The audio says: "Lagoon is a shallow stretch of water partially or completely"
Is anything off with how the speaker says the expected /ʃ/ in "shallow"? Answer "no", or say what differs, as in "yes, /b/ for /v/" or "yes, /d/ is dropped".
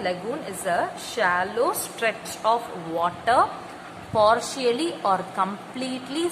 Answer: no